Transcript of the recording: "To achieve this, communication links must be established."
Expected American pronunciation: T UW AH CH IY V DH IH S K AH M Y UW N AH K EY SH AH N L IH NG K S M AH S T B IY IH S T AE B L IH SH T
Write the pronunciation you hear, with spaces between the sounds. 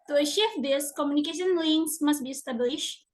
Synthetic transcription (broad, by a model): T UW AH SH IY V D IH S K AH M Y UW N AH K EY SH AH N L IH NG S M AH S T B IY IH S T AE B L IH SH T